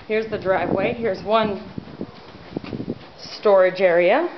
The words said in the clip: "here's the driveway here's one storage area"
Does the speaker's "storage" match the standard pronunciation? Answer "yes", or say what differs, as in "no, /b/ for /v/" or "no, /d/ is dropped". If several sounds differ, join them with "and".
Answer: yes